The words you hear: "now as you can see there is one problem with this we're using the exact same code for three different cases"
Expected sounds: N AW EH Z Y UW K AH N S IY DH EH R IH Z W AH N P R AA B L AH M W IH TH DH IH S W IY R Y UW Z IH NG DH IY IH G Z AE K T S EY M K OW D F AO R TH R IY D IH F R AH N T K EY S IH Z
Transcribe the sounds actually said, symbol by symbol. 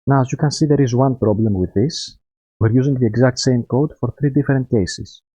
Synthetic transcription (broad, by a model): N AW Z Y UW K AH N S IY DH EH R IH Z W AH N P R AA B L AH M W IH DH IH S W IY R Y UW Z IH NG DH IY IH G Z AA K T S EY M K OW D F AO R TH R IY D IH F R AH N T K EY S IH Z